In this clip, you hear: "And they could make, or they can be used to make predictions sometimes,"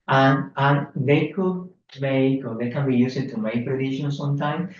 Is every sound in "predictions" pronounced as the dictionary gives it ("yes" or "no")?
no